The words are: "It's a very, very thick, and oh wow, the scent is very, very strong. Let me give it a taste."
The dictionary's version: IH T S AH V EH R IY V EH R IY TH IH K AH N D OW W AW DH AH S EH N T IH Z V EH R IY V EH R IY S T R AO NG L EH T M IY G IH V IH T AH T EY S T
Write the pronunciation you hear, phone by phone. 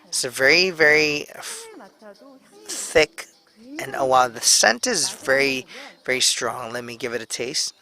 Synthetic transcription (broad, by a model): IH T S AH V EH R IY V EH R IY TH IH K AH N OW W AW DH AH S EH N T IH Z V EH R IY V EH R IY S T R AO NG L EH T M IY G IH V IH T AH T EY S T